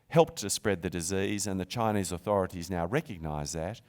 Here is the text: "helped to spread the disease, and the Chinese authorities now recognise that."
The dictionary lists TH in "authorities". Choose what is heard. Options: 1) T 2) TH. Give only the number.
2